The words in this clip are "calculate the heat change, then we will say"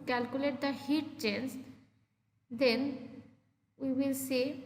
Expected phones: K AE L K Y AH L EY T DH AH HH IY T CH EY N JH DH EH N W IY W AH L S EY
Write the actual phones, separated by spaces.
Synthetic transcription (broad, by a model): K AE L K Y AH L EY T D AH HH IY T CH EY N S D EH N W IY W AH L S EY